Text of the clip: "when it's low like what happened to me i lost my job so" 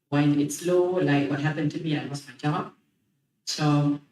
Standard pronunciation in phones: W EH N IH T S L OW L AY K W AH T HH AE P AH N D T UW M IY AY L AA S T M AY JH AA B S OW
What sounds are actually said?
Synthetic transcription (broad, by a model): W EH N IH T S L OW L AY K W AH T HH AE P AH N T UW M IY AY W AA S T M AY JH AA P S OW